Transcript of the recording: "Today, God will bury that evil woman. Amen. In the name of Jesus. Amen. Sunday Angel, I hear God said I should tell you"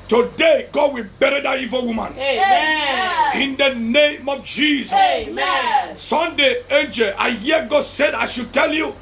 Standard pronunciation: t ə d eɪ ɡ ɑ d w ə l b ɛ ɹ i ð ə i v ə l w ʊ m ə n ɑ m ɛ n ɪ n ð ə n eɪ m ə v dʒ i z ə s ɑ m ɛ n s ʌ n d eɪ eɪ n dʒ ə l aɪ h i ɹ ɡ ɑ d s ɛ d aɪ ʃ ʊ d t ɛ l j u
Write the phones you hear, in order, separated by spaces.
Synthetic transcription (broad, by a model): t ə d eɪ ɡ ɑ d w ə l b ɛ ɹ i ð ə i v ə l w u m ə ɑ n ɪ n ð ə n eɪ m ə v dʒ i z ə s s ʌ n d eɪ eɪ n dʒ ə l aɪ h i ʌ ɡ ɑ d s ɛ d aɪ ʃ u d t ɛ l j u